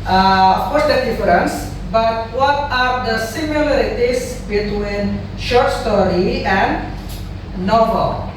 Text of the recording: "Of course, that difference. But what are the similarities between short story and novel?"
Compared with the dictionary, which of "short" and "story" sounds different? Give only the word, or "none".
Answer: none